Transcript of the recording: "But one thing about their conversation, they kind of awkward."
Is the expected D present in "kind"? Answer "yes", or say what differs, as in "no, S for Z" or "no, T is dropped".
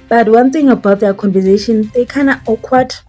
no, D is dropped